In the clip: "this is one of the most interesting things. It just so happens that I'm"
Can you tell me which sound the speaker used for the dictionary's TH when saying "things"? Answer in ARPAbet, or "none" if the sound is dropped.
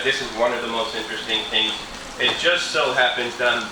TH